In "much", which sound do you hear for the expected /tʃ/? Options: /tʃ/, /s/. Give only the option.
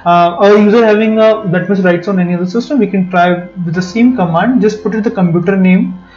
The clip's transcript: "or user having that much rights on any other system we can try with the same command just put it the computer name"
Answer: /s/